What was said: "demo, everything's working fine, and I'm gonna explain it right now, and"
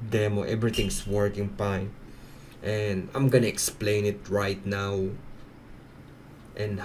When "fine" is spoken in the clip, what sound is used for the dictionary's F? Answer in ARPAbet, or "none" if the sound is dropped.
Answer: P